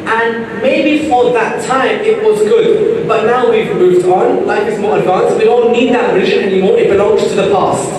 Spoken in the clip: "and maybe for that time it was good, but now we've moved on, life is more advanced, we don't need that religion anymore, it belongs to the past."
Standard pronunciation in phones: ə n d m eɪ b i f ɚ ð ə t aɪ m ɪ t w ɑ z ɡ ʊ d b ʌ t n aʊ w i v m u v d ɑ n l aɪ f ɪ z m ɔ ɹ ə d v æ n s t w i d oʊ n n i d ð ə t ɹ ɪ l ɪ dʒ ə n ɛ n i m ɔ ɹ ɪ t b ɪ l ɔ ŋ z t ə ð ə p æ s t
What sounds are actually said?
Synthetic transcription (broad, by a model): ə n m eɪ b i f ɚ ð ə t aɪ m ɪ t w ɑ z ɡ ʊ d b ʌ t n aʊ w i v m u v d n l aɪ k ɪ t m ɔ ɹ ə d v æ n s w i d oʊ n n i d ð ə t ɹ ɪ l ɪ ʒ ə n ɛ n i m ɔ ɹ ɪ t b ɪ l ɔ ŋ z t ə ð ə p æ s t